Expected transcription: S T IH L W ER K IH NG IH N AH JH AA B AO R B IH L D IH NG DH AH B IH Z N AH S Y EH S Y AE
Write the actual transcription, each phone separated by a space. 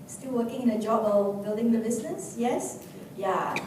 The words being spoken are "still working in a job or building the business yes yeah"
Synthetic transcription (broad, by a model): S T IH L W ER K IH NG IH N AH JH AA B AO L B IH L D IH NG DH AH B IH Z N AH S Y EH S Y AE